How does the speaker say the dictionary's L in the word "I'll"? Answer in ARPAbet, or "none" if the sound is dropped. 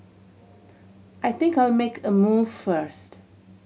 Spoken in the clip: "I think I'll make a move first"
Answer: W